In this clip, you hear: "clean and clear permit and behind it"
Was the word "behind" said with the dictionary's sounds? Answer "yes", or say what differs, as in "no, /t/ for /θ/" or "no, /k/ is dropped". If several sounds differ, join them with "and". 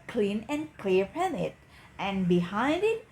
yes